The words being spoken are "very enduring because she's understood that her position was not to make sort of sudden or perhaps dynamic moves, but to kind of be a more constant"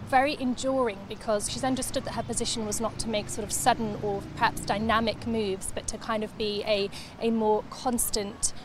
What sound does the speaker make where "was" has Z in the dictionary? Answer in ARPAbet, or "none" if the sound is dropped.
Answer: Z